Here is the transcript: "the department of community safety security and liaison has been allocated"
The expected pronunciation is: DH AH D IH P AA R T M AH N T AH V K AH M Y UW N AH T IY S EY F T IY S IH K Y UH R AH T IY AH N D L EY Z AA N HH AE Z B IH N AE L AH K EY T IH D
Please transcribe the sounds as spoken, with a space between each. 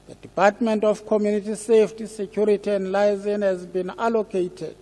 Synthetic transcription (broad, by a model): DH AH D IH P AA T M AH N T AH F K AH M Y UW N AH T IY S EY F T IY S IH K Y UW R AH T IY AH N D L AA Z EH N HH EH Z B IH N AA L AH K EY T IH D